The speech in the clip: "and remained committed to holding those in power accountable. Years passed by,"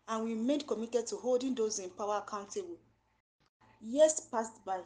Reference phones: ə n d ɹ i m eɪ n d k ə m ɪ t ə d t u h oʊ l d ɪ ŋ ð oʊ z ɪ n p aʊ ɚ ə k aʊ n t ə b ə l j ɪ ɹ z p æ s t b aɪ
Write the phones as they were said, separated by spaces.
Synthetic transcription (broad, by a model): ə n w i m eɪ d k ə m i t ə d t u h oʊ l d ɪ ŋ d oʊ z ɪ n p aʊ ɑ ə k aʊ n t ə b ə l j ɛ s p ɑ s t b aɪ